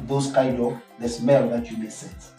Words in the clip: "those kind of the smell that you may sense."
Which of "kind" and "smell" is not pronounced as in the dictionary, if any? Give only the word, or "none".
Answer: kind